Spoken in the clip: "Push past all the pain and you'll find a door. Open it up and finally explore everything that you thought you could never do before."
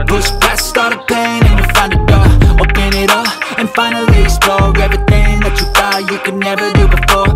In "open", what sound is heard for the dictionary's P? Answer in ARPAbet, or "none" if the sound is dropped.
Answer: B